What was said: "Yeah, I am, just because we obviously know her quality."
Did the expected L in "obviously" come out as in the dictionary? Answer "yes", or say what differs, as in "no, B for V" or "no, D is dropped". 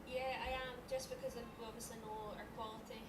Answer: no, L is dropped